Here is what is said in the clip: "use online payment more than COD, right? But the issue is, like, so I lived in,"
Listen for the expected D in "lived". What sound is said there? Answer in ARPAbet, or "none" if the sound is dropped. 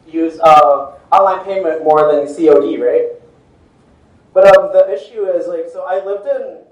D